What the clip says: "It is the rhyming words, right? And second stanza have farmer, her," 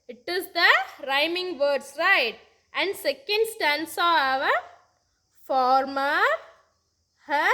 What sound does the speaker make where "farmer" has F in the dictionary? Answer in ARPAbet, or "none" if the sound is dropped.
F